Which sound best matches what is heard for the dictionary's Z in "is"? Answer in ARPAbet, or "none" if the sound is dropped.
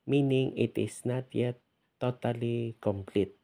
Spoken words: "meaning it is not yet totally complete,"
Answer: S